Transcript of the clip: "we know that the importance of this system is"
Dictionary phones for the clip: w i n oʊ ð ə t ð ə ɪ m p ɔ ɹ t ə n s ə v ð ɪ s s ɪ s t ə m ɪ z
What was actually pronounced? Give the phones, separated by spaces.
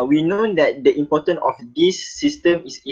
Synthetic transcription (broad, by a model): w i n oʊ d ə t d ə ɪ m p ɔ t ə n ə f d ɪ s s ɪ s t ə m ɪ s